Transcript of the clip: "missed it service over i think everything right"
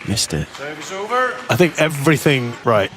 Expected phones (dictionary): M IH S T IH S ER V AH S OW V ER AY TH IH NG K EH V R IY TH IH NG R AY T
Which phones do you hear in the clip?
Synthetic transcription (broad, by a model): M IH S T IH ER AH OW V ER AY TH IH NG K EH V R IY TH IH NG R AY T